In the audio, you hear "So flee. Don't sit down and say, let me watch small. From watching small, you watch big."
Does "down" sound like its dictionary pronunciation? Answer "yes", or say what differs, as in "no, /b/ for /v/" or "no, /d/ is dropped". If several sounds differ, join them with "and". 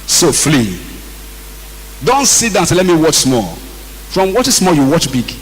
no, /n/ is dropped